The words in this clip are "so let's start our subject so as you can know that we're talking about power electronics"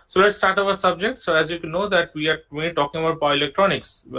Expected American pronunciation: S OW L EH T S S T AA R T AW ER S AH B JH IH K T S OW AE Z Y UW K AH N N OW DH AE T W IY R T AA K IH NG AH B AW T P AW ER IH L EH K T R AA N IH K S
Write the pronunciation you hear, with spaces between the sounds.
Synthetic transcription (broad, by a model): S OW L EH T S S T AA R T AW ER S AH B JH IH K T S OW AE Z Y UW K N N OW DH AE T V IY R T AA K IH NG AH B AW T B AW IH L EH K T R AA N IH K S